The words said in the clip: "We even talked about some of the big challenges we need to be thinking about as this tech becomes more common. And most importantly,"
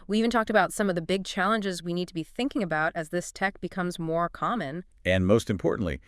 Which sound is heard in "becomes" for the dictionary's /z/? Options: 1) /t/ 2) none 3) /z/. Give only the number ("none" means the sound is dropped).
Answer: 3